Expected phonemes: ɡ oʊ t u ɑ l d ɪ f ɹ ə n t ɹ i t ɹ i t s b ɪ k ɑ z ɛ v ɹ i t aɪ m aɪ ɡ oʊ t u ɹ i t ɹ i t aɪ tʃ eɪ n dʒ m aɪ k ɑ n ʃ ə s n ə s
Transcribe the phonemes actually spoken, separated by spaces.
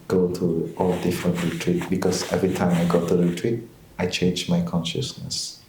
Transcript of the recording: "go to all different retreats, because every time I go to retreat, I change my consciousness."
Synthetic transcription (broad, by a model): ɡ oʊ t u ɑ l d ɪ f ɹ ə n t ɹ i t ɹ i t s b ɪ k ɑ s ɛ v ɹ i t aɪ m aɪ ɡ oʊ t u ɹ i t ɹ i t aɪ tʃ eɪ n dʒ m aɪ k ɑ n ʃ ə s n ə s